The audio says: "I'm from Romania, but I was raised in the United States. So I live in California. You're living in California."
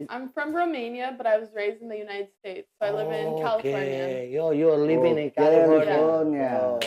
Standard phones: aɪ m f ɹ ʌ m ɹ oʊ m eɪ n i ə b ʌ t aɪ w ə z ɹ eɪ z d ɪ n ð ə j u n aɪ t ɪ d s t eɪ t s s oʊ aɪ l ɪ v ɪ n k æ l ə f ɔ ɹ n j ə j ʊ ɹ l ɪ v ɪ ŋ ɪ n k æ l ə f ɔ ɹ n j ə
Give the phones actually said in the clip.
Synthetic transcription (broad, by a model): aɪ m f ɹ ʌ m ɹ oʊ m eɪ n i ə b ʌ t aɪ w ə z ɹ eɪ z d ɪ n ð ə j u n aɪ t ɪ d s t eɪ t s s oʊ aɪ l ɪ ɪ n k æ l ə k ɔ j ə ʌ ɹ l ɪ v ɪ ŋ ɪ n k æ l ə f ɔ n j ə